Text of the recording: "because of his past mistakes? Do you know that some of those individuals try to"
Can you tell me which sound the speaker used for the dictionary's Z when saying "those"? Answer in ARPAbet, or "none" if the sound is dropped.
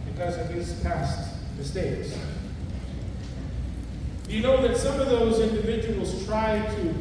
Z